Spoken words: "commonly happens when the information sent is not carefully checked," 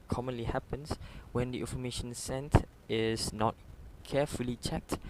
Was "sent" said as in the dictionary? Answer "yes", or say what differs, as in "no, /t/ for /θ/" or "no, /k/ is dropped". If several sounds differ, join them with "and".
yes